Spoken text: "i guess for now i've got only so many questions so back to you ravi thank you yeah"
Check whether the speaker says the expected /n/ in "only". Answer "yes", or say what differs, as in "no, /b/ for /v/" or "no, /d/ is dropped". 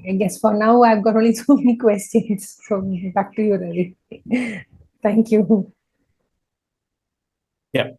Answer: no, /n/ is dropped